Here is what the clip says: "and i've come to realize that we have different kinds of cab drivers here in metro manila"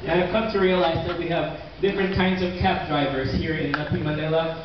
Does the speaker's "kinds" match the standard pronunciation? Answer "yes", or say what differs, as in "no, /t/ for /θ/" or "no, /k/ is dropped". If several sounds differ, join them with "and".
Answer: yes